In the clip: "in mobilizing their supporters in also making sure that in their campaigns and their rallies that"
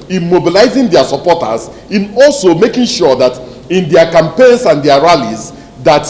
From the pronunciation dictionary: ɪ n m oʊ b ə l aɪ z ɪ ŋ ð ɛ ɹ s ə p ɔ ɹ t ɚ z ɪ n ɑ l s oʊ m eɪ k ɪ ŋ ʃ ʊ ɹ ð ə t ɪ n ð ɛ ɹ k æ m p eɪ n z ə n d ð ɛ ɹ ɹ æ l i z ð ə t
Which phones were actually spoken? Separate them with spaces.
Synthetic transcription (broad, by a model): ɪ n m oʊ b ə l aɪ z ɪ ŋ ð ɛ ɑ s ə p ɔ t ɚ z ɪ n ɑ l s oʊ m eɪ k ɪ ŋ ʃ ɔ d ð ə t ɪ n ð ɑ k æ m p eɪ n s ə n d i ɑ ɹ ɹ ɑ l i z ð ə t